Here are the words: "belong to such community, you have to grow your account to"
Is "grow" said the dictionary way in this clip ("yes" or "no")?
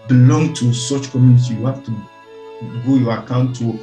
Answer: no